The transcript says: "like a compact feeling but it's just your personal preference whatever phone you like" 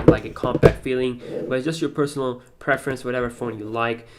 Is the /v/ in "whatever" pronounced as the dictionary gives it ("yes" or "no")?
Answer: yes